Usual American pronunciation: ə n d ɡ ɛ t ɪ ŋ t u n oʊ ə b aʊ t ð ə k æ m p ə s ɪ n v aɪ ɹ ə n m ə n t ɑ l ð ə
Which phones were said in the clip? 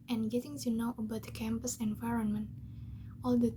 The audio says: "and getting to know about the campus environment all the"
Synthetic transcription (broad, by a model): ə n ɡ ɛ t ɪ ŋ t u n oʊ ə b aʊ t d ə k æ m p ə s ɪ n v aɪ ɹ ə n m ə n t ɑ l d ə